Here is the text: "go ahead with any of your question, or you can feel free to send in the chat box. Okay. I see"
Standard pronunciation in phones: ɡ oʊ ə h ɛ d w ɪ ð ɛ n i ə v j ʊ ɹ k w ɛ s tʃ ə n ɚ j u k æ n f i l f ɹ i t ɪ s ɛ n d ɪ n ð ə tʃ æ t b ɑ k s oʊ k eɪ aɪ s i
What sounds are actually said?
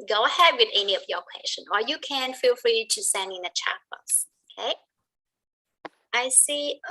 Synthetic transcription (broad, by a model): ɡ oʊ ə h ɛ d w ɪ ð ɛ n i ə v j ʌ ɹ k w ɛ s tʃ ə n ɚ j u k æ n f i l f ɹ i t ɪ s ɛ n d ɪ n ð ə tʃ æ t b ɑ s oʊ k eɪ aɪ s i